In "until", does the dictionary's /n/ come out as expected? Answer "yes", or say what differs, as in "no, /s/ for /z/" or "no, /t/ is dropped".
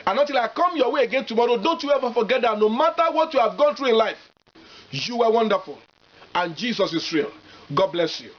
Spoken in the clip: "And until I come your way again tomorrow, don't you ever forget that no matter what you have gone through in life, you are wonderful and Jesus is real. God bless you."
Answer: no, /n/ is dropped